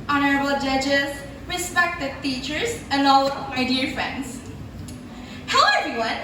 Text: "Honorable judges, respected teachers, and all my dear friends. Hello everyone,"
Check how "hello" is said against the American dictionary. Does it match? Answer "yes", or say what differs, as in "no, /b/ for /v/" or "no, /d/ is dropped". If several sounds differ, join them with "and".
no, /l/ is dropped